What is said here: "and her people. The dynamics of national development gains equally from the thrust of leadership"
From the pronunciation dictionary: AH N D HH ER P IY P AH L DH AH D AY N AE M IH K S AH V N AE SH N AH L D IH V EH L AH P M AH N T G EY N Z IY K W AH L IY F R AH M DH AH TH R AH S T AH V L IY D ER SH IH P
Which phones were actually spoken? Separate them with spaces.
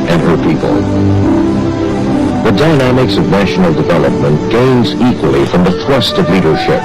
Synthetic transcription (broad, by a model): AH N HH ER P IY P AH L DH AH D AY N AE M IH K S AH V N AE SH N L D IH V EH L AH P M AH N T G EY N Z IY K W AH L IY F R AH M DH AH TH R AH S T AH V L IY D ER SH IH P